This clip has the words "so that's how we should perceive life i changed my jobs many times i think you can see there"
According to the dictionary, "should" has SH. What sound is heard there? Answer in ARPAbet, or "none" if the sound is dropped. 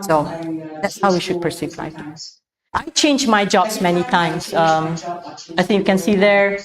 SH